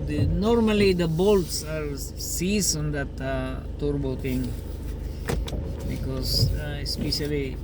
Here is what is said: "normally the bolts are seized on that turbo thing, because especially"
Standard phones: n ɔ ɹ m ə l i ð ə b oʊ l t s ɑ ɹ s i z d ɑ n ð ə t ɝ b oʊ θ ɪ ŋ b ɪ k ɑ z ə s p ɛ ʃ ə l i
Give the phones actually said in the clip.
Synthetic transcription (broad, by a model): n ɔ ɹ m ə l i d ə b oʊ l t s ɑ ɹ s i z ɑ n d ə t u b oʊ t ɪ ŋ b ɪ k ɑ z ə s p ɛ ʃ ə l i